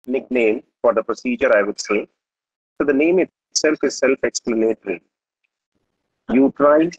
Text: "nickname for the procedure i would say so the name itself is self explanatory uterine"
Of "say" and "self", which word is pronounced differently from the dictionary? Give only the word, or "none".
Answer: none